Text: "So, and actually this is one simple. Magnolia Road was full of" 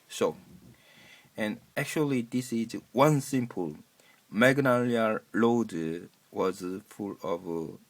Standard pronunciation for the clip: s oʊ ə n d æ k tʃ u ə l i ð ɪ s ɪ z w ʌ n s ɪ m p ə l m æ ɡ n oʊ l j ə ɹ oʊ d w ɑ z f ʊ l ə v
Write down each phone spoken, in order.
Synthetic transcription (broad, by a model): s oʊ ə n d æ k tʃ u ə l i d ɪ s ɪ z w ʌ n s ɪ m p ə l m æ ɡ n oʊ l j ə l oʊ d w ɑ z f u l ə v